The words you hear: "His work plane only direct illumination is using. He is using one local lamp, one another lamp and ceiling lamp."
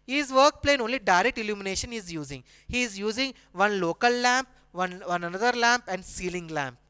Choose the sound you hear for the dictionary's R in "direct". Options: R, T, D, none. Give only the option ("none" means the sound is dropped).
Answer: R